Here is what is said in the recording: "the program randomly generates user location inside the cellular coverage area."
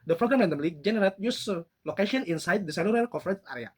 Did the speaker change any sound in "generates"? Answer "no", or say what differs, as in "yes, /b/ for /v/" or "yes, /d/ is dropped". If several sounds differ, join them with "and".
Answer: yes, /s/ is dropped